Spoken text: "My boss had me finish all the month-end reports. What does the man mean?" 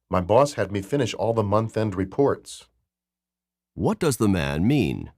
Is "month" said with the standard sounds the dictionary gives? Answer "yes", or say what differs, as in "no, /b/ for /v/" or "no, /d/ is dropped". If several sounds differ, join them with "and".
yes